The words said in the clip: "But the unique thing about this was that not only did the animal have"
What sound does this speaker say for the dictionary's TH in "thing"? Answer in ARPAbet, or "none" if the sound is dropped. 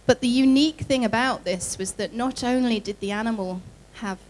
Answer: TH